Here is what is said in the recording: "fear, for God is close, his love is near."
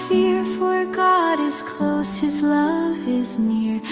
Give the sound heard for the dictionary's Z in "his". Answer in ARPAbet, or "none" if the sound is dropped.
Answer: Z